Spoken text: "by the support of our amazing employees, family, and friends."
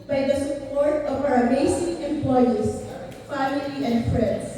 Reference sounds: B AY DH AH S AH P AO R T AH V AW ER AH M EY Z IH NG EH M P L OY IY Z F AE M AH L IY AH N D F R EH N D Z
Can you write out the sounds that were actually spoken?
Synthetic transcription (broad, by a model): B AY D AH S AH P AO R T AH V AW ER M EY S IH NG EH M P L OY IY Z F AE M AH L IY AH N D F R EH N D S